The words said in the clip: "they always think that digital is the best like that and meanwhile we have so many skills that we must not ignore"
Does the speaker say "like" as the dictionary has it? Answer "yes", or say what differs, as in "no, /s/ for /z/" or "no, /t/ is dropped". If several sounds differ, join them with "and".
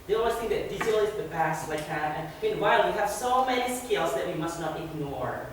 no, /w/ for /l/